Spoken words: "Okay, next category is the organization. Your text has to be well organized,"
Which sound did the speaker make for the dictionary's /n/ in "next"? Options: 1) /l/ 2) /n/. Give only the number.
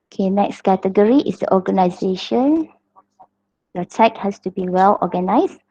2